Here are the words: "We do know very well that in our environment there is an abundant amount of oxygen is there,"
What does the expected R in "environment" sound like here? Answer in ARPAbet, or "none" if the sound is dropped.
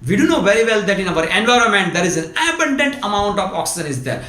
R